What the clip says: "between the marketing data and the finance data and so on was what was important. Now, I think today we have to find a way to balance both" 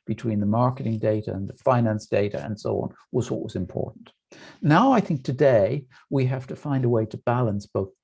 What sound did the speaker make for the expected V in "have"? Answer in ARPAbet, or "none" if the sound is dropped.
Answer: F